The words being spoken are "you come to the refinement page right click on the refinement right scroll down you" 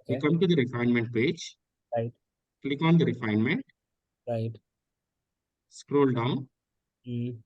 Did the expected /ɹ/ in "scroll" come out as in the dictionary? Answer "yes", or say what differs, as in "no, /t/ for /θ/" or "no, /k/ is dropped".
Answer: yes